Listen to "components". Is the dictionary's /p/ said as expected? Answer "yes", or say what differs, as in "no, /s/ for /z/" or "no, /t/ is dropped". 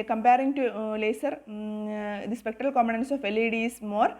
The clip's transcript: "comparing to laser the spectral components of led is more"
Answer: no, /p/ is dropped